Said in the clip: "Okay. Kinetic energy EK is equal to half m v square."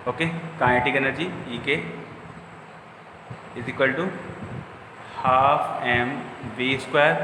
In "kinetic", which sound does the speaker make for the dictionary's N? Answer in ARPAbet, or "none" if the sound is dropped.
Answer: none